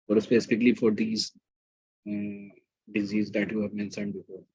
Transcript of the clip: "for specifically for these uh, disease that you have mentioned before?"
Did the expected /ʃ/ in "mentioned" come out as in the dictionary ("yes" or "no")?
no